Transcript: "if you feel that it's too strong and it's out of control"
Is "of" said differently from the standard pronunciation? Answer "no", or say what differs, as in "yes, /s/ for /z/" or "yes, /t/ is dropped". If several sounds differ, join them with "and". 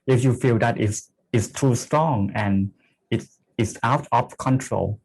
yes, /p/ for /v/